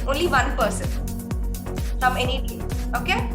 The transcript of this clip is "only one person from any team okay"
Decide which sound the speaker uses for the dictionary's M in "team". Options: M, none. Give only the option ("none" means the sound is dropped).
none